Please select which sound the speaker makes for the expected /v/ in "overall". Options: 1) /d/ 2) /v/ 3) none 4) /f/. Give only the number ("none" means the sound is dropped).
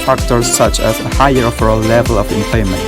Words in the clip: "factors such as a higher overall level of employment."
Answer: 4